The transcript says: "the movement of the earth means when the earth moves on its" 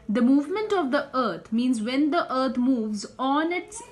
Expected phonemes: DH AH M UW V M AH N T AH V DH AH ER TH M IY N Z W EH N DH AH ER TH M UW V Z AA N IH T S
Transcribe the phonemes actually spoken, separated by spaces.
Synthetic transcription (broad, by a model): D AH M UW V M AH N T AH V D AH ER T M IY N Z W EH N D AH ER T M UW V Z AA N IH T S